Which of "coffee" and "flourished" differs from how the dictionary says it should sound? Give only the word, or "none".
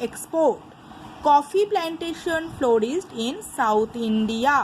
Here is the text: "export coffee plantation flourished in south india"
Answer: flourished